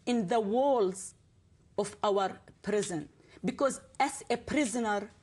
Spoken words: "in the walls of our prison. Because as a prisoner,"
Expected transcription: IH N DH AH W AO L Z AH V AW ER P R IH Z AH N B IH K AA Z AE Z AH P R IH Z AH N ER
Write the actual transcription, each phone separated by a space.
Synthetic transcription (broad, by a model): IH N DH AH W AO L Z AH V AW ER P R IH Z AH N B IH K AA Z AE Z AH P R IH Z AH N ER